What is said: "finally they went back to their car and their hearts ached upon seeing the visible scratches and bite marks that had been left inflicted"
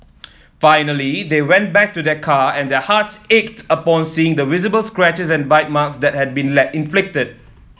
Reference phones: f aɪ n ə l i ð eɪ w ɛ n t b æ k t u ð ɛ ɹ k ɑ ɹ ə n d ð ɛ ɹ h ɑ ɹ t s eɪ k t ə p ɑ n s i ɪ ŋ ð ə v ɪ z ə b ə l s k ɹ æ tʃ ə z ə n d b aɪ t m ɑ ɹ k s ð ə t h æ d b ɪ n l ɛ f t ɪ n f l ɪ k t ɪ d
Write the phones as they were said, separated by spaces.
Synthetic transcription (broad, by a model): f aɪ n ə l i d eɪ w ɛ n t b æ k t u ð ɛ k ɑ ə n d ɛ h ɑ t s eɪ k t ə p ɑ n s i ɪ ŋ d ə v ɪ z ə b ə l s k ɹ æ tʃ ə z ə n b aɪ t m ɑ k s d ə t h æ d b ɪ n l ɛ t ɪ n f l ɪ k t ɪ d